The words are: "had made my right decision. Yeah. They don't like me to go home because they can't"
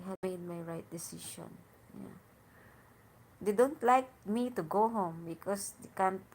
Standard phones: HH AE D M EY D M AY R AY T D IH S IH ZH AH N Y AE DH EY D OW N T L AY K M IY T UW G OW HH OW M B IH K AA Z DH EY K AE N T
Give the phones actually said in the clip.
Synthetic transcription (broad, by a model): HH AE M EY D M AY R AY T D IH S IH SH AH N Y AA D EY D OW N T L AY K M IY T UW G OW HH OW M B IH K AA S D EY K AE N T